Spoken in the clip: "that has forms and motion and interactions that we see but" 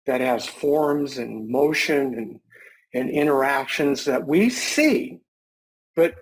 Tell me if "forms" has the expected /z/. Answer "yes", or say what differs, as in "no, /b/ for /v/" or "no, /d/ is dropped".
yes